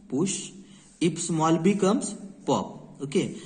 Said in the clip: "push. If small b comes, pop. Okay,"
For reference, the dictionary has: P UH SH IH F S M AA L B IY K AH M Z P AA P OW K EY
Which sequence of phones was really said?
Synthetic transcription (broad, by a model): P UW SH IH P S M AA L B IY K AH M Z P AA P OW K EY